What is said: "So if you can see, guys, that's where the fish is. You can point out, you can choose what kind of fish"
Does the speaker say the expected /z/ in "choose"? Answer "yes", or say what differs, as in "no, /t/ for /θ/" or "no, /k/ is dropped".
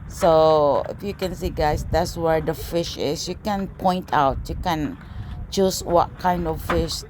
no, /s/ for /z/